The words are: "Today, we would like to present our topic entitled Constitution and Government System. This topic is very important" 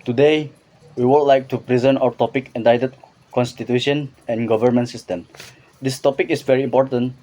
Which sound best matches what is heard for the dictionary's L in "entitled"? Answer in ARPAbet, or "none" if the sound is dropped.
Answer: none